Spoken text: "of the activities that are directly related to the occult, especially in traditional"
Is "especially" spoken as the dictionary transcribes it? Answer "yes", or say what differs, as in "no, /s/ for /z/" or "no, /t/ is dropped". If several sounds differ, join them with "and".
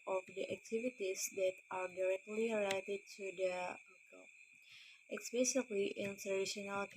no, /s/ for /ʃ/